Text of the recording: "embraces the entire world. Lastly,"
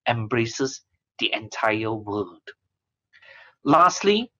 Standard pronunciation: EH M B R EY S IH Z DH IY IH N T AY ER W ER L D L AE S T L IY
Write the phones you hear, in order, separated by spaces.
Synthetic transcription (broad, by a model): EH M B R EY S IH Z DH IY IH N T AY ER W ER D L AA S T L IY